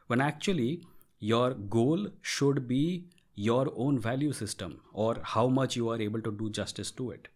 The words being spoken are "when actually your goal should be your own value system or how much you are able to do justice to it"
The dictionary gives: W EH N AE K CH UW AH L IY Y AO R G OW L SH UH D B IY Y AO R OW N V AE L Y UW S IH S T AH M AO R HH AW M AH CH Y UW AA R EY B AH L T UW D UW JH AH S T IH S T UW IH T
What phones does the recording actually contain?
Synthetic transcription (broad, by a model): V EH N AE K CH UW AH L IY Y AO R G OW L SH UH D B IY Y AO R OW N V AE L Y UW S IH S T AH M AO R HH AW M AH CH Y UW AA R EY B AH L T UW D UW JH AH S T IH S T UW IH T